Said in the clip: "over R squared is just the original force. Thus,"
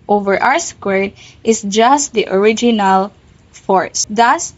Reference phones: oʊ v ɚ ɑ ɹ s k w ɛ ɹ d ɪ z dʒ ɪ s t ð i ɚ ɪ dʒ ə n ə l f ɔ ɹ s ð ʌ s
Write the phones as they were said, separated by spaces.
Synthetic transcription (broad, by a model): oʊ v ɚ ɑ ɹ s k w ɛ ɹ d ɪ s dʒ ɪ s t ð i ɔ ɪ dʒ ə n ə l f ɔ ɹ s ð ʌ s